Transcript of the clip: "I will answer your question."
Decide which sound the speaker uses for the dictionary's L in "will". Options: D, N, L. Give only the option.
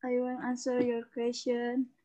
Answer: N